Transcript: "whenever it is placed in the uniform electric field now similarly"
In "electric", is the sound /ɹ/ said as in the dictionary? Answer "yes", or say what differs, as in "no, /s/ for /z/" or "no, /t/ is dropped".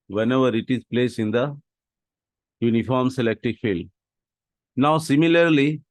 no, /ɹ/ is dropped